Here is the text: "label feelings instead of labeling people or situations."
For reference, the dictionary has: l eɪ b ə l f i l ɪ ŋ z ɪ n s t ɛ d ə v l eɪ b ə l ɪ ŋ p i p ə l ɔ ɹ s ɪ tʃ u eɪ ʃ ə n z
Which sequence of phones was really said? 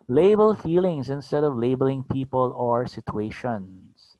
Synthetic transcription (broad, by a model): l eɪ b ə l f i l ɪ ŋ s ɪ n s t ɛ d ə v l eɪ b ə l ɪ ŋ p i p ə l ɔ ɹ s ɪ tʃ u eɪ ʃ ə n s